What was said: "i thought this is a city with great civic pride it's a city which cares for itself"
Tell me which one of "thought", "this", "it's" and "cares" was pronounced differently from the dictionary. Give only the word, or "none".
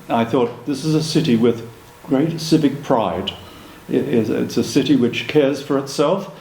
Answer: none